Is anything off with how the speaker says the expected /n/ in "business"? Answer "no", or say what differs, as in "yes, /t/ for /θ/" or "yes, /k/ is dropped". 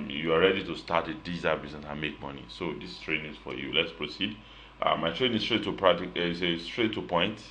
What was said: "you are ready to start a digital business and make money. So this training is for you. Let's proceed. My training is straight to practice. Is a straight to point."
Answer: yes, /n/ is dropped